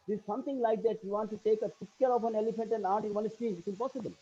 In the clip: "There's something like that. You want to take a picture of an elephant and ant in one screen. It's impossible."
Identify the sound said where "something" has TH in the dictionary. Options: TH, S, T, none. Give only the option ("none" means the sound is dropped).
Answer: T